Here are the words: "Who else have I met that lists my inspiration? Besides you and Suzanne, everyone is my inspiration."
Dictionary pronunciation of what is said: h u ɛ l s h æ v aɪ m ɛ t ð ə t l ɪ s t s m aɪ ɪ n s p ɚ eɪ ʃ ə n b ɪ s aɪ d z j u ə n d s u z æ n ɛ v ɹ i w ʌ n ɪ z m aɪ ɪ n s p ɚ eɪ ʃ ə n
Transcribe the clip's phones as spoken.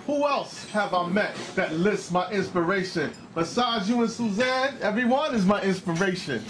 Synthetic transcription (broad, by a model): h u ɛ l s h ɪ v aɪ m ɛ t ð ə t l ɪ s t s m aɪ ɪ n s p ɚ eɪ ʃ ə n b ɪ s aɪ d z j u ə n s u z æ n ɛ v ɹ i w ʌ n ɪ z m aɪ ɪ n s p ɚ eɪ ʃ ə n